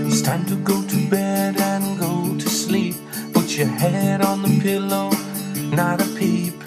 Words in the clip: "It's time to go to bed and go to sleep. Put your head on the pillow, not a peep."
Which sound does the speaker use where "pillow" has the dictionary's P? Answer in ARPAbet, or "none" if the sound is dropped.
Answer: P